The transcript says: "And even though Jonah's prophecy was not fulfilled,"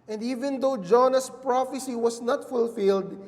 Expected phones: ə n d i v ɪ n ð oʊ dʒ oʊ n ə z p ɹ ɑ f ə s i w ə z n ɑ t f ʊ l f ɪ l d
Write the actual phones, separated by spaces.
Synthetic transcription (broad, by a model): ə n d i v ɪ n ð oʊ dʒ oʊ n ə s p ɹ ɑ f ə s i w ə s n ɑ t f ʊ l f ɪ l d